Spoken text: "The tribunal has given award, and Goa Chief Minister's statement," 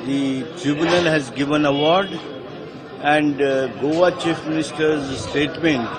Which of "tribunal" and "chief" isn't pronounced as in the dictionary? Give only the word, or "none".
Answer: none